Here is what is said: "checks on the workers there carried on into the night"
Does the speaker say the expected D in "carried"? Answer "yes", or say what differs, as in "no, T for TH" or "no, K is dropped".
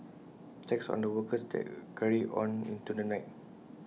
no, D is dropped